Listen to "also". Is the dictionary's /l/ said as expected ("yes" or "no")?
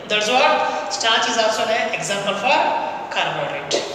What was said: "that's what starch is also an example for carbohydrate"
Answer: no